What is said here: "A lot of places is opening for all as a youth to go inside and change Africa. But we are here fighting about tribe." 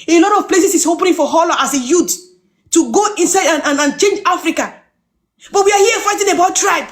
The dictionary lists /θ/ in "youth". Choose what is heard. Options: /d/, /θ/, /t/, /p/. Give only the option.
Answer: /t/